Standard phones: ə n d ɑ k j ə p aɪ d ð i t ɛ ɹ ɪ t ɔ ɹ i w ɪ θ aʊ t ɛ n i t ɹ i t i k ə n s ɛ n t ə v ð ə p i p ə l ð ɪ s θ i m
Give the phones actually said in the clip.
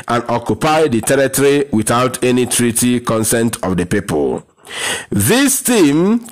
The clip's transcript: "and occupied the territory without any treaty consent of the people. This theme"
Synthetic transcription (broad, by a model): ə n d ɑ k j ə p aɪ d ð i t ɛ ɹ ɪ t ɔ ɹ i w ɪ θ aʊ t ɛ n i t ɹ i t i k ə n s ɛ n t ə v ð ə p i p ə l ð ɪ s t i m